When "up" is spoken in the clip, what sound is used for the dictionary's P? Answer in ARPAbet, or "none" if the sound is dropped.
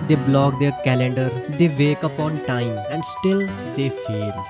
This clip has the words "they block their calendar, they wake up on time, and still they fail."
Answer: P